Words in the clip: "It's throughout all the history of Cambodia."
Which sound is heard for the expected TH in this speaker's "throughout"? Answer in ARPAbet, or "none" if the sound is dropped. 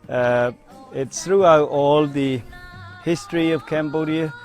TH